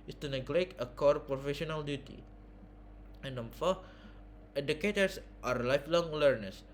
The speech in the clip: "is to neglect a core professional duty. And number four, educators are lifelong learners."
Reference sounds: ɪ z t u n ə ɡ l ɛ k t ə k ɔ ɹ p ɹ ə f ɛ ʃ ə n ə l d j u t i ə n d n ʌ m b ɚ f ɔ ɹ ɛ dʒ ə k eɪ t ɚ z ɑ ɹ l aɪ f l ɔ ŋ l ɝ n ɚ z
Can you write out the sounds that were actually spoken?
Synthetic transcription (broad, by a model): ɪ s t u n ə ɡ l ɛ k ə k ɔ ɹ p ɹ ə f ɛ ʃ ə n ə l d j u t i ə n d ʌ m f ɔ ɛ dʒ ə k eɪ t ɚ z ɑ ɹ l aɪ f l ɔ ŋ l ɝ n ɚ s